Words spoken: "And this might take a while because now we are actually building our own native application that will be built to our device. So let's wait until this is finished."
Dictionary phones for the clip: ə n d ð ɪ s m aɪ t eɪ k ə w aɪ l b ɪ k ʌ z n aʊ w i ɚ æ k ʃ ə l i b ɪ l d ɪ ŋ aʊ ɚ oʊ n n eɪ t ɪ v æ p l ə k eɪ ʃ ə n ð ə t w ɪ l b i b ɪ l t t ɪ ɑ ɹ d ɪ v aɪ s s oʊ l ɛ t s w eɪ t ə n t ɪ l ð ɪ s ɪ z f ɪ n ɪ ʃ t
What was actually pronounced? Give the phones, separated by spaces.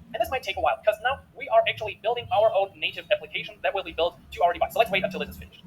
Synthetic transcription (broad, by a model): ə n ð ɪ s m aɪ t eɪ k ə w aɪ l b ɪ k ʌ z n aʊ w i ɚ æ k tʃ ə l i b ɪ l d ɪ ŋ aʊ ɚ oʊ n n eɪ t ɪ v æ p l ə k eɪ ʃ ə n ð ə t w ɪ l b i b ɪ l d t ɪ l ɹ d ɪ b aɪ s s oʊ l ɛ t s w eɪ t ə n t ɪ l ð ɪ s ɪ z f ɪ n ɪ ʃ